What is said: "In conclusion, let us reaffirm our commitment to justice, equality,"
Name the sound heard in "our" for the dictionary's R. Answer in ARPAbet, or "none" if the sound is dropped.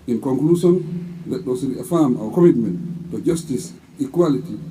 W